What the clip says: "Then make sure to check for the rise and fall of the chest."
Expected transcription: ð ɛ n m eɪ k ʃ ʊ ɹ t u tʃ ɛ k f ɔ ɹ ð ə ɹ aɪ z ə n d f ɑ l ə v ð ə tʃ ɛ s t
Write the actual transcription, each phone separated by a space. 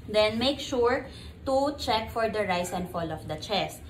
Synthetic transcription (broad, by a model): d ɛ n m eɪ k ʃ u ɹ t u tʃ ɛ k f ɔ ɹ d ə ɹ aɪ s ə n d f ɑ l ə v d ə tʃ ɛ s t